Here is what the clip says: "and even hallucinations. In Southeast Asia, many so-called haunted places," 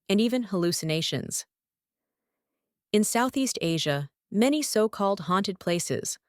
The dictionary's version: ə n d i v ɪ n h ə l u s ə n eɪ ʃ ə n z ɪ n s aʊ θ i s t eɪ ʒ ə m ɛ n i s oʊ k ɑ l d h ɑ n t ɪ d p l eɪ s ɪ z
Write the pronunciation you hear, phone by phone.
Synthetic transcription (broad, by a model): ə n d i v ɪ n h ə l u s ə n eɪ ʃ ə n z ɪ n s aʊ θ i s t eɪ ʒ ə m ɛ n i s oʊ k ɑ l d h ɑ n t ɪ d p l eɪ s ɪ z